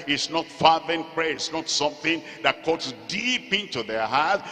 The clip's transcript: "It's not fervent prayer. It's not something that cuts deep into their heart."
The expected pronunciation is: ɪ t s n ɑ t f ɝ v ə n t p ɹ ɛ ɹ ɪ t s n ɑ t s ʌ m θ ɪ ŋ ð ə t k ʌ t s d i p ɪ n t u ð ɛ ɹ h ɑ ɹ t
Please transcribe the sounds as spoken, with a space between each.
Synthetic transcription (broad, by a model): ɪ t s n ɑ t f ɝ ə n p ɹ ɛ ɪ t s n ɑ t s ʌ m θ ɪ ŋ ð ə t k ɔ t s d i p ɪ n t u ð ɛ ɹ h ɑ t